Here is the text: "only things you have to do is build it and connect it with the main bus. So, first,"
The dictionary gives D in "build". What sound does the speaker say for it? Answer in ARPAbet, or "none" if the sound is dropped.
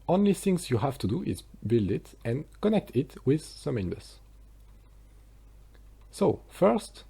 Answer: D